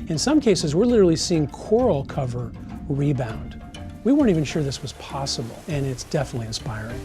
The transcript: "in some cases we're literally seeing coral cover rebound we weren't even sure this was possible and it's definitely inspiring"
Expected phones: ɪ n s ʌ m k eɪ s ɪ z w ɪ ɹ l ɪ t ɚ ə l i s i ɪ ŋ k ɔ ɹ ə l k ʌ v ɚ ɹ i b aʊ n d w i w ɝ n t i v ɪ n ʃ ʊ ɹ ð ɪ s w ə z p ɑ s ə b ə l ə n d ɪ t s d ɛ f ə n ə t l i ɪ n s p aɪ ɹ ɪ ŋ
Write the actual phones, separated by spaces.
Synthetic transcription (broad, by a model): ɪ n s ʌ m k eɪ s ɪ z w ɪ ɹ l ɪ t ɚ l i s i ɪ ŋ k ɔ ɹ l k ʌ v ɚ ɹ i b aʊ n d w i w ɝ n t i v ɪ n ʃ ʊ ɹ ð ɪ s w ə z p ɑ s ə b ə l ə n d ɪ t s d ɛ f ə n ə t l i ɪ n s p aɪ ɹ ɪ ŋ